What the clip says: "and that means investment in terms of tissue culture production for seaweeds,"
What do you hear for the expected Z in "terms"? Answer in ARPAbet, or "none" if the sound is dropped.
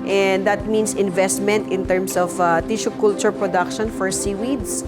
S